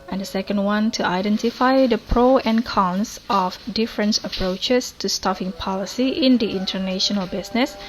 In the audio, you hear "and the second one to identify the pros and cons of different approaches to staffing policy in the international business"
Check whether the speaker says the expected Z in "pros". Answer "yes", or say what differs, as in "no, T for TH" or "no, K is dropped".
no, Z is dropped